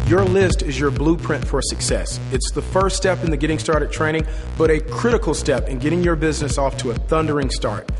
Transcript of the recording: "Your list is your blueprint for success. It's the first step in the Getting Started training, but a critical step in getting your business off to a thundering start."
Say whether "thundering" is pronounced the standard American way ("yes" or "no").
yes